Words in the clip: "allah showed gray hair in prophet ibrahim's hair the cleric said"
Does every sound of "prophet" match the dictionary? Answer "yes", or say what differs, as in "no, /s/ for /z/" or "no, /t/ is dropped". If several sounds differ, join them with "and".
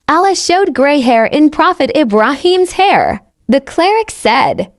yes